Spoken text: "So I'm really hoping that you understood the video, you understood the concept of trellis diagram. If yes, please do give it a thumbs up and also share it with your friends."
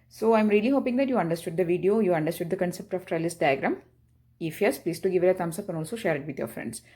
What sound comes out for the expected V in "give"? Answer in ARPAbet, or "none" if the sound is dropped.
V